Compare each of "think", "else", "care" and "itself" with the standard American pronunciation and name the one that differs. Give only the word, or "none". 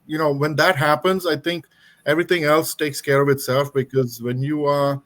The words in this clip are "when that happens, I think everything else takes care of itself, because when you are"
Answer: think